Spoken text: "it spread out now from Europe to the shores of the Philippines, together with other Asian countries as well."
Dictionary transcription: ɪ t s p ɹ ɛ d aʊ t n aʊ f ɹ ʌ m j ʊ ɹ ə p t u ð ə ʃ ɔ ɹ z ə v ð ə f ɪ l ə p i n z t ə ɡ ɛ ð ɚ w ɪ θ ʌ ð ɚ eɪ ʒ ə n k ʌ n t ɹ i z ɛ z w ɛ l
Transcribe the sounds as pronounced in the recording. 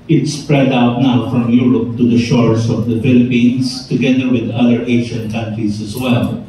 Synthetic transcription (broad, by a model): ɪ t s p ɹ ɛ d aʊ t n aʊ f ɹ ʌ m j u ɹ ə p t u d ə ʃ ɔ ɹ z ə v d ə f ɪ l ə p i n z t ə ɡ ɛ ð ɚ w ɪ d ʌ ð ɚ eɪ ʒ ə n k ʌ n t ɹ i z ɛ z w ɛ l